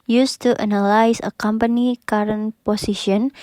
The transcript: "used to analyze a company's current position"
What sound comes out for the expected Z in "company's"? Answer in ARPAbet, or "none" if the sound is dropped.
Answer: none